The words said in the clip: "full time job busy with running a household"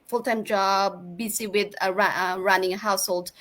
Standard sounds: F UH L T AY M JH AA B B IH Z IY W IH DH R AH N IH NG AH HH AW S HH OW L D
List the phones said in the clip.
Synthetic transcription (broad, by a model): F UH L T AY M JH AA B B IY S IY W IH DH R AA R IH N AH HH AW S HH OW L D